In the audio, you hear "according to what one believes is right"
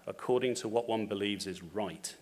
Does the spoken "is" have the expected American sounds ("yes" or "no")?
yes